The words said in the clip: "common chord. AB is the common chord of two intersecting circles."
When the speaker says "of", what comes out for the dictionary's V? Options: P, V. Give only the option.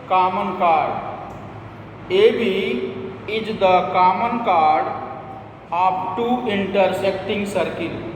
P